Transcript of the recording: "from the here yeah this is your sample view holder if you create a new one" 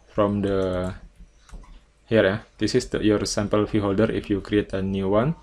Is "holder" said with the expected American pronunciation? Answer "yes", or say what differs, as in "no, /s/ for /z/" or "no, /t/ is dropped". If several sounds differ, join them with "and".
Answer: yes